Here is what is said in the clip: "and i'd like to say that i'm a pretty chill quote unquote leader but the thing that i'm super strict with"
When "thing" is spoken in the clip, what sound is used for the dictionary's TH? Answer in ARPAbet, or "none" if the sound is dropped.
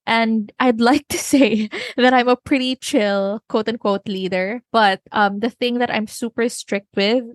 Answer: TH